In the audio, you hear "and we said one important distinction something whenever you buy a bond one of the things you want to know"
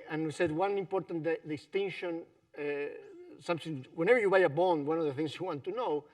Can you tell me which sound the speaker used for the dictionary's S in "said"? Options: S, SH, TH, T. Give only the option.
S